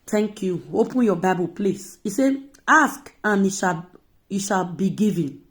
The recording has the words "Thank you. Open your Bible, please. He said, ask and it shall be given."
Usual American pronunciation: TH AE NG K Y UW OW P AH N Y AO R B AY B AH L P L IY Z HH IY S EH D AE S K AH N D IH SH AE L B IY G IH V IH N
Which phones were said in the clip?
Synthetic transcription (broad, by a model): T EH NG K Y UW OW P AH N Y AO B AY B AH L P L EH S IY S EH AA S K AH N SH IH SH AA L B IY G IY V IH N